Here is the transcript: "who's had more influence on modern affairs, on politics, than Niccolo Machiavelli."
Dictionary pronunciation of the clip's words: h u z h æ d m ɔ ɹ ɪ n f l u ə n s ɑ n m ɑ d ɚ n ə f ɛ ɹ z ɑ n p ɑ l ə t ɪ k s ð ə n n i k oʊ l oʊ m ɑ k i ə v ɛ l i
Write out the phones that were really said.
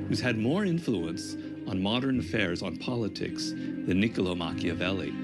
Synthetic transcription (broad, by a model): h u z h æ d m ɔ ɹ ɪ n f l u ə n s n m ɑ d ɚ n ə f ɛ ɹ z n p ɑ l ə t ɪ k s ð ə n n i k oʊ l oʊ m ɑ k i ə v ɛ l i